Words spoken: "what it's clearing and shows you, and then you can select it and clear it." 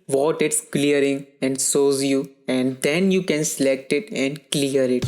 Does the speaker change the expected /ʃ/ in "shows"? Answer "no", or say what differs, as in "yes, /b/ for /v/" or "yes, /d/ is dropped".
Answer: yes, /s/ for /ʃ/